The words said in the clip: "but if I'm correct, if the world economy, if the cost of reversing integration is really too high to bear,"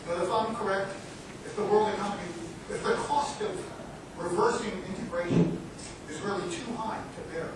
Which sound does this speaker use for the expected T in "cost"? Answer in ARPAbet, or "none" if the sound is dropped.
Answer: T